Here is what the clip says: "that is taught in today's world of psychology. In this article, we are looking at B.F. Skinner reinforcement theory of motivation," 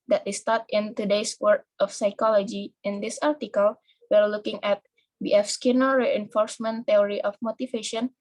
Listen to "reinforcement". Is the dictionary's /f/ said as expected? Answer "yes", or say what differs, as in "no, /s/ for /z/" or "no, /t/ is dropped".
yes